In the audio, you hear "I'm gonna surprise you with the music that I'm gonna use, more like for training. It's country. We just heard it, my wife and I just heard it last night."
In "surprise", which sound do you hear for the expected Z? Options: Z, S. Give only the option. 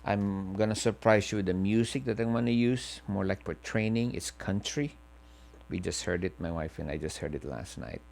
S